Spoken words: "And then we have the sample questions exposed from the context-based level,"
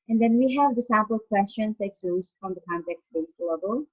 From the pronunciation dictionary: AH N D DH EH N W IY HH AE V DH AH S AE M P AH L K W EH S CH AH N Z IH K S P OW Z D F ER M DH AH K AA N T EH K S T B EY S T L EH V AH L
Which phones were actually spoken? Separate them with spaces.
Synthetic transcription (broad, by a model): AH N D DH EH N W IY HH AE V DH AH S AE P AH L K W EH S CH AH N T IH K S OW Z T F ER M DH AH K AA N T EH K S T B EY S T L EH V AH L